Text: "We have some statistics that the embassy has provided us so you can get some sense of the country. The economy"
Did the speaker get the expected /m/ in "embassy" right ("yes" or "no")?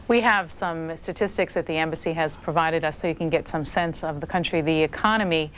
yes